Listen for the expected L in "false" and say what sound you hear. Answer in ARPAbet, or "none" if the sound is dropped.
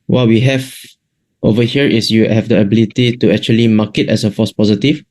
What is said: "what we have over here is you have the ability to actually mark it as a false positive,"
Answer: none